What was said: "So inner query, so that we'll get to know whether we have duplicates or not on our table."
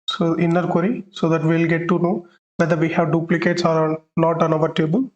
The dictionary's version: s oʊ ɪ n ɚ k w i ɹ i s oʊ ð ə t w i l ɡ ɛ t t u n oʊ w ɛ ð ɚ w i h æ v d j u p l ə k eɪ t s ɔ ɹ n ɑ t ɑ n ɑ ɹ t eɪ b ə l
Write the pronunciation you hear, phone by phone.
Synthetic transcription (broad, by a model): s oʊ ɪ n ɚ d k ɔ ɹ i s oʊ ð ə t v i l ɡ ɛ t t u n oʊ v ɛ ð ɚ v i h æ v d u p l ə k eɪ t s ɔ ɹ l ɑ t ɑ n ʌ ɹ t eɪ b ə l